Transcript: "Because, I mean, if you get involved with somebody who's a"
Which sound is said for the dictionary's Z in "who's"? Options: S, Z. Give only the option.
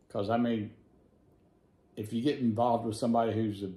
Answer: Z